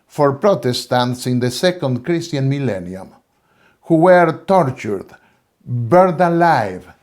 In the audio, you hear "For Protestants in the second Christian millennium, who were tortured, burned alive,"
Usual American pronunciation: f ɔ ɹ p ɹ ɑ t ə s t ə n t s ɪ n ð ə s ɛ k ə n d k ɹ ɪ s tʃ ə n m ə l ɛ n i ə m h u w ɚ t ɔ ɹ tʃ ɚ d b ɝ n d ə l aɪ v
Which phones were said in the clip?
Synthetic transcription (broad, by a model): f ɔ ɹ p ɹ ɑ t ə s t ə n t s ɪ n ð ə s ɛ k ə n d k ɹ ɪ s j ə n m ə l ɛ n i ə m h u w ɚ t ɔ ɹ tʃ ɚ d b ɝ d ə l aɪ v